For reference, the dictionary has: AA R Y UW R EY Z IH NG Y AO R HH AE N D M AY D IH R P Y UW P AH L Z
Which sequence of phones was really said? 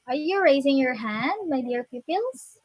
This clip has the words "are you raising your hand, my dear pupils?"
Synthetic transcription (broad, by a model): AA R Y UW R EY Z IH NG Y AO R HH AE N D M AY D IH R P Y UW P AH L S